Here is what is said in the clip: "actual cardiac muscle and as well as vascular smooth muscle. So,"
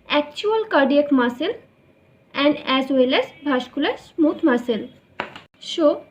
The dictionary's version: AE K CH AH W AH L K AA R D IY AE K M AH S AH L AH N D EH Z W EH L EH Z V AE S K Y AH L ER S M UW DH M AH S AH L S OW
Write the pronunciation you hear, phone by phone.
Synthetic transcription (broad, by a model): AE K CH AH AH L K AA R D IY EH K M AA S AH L AH N D EH Z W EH L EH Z B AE SH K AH L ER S M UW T M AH S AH L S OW